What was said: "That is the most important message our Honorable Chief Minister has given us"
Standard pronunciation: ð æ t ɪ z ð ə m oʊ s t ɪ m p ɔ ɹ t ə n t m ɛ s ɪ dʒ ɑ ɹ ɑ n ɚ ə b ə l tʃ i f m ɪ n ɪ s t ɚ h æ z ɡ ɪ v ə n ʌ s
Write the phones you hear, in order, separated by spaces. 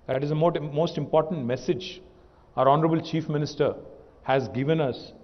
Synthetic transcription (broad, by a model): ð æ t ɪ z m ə m oʊ s t ɪ m p ɔ ɹ t ə n t m ɛ s ɪ dʒ ɑ ɹ ɑ n ɚ ə b ə l tʃ i f m ɪ n ɪ s t ɚ h æ z ɡ ɪ v ə n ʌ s